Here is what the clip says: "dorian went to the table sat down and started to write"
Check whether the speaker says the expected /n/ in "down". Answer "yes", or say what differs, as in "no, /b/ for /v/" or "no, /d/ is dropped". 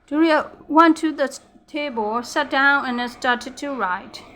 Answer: yes